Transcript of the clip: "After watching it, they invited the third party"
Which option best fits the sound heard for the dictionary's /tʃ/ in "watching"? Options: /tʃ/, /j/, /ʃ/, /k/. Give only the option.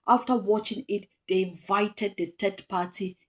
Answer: /tʃ/